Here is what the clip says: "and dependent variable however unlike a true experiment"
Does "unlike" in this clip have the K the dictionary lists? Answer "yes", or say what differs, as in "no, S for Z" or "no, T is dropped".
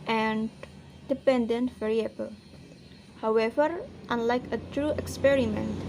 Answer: yes